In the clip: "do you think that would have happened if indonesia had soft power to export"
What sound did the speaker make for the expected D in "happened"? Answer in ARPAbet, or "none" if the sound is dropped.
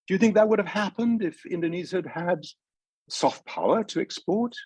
D